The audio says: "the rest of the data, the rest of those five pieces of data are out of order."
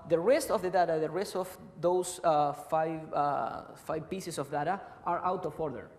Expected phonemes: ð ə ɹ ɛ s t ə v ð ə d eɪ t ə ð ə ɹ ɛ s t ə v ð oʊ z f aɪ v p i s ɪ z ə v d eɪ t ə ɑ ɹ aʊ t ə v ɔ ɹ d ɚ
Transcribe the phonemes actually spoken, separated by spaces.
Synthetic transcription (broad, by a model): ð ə ɹ ɛ s t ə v ð ə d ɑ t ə ð ə ɹ ɛ s t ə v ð oʊ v f aɪ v p i s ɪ s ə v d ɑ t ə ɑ ɹ aʊ t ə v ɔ ɹ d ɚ